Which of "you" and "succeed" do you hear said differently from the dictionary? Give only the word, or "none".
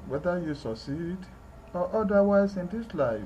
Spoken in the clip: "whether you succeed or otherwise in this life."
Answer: none